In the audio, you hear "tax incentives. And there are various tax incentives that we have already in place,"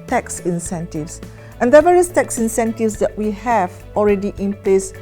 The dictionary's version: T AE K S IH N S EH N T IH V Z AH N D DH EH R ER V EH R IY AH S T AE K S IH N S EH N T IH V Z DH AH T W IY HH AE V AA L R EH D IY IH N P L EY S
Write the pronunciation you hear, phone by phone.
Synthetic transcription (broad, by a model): T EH K S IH N S EH N T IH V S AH N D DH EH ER V EH R IY AH S T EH K S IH N S EH N T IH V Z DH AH T W IY HH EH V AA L R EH D IY IH N P L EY S